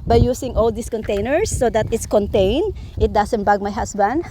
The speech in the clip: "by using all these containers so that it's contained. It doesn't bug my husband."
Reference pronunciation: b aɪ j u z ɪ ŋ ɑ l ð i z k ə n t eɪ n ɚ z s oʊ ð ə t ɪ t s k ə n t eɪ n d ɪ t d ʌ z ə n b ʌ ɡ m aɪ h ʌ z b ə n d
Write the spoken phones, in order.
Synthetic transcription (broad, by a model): b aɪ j u s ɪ ŋ ɑ l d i s k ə n t eɪ n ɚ s oʊ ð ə t ɪ t s k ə n t eɪ n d ɪ t d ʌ s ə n b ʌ ɡ m aɪ h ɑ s b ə n d